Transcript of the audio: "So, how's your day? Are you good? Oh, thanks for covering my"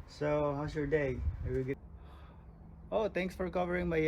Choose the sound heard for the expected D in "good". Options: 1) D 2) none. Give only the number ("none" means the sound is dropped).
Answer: 2